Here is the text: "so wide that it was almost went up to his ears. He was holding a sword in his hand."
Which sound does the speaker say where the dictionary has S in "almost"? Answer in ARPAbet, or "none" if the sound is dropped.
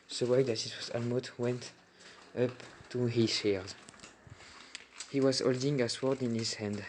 none